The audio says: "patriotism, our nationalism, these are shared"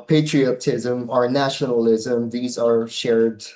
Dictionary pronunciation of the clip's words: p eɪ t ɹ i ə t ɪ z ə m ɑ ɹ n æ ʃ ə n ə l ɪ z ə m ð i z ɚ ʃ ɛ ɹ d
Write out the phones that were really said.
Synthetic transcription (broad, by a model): p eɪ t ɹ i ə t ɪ z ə m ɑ ɹ n æ ʃ ə n ə l ɪ z ə m ð i z ɚ ʃ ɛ ɹ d